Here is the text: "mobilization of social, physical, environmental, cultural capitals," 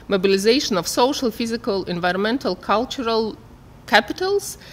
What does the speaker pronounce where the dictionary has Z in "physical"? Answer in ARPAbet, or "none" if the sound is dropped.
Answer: Z